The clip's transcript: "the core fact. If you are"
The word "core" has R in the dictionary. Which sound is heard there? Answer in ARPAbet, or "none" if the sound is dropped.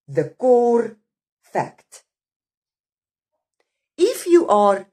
R